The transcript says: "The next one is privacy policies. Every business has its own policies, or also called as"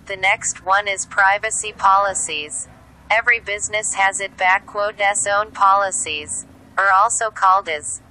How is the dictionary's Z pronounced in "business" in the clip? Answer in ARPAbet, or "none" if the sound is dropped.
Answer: Z